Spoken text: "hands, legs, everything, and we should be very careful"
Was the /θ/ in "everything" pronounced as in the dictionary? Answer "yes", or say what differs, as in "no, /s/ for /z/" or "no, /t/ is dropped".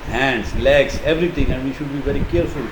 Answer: no, /t/ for /θ/